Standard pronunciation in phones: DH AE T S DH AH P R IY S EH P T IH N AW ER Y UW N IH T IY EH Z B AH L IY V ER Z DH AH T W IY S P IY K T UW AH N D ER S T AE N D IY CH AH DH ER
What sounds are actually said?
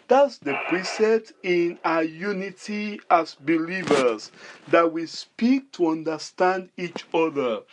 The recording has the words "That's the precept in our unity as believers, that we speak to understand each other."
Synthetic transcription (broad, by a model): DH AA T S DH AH P R IY S EH P T IH N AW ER Y UW N IH T IY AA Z B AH L IY V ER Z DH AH T W IY S P IY K T UW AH N D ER S T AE N D IY CH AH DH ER